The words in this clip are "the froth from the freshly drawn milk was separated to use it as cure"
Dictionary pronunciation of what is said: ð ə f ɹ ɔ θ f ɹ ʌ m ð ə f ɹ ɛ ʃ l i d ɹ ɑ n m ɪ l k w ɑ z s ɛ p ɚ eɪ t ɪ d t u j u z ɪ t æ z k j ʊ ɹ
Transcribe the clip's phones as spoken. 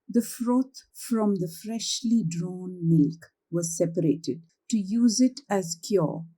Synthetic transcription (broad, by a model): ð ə f ɹ ɔ t f ɹ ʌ m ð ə f ɹ ɛ ʃ l i d ɹ ɑ n m ɪ l k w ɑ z s ɛ p ɚ eɪ t ɪ d t u j u z ɪ t æ z k j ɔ